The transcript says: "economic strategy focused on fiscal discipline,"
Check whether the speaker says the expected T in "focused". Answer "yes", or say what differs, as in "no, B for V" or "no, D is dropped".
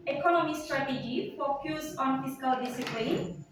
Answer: no, T is dropped